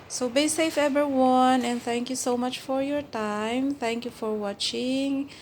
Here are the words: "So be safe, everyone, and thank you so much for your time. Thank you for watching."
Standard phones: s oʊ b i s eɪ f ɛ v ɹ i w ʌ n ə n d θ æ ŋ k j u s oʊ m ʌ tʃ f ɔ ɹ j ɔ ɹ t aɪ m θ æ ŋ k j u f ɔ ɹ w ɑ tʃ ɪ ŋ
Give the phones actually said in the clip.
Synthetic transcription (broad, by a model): s oʊ b i s eɪ f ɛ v i w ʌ n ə n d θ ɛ ŋ k j u s oʊ m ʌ tʃ f ɔ ɹ j ɔ ɹ t aɪ m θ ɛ ŋ k j u f ɔ ɹ w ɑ tʃ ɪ ŋ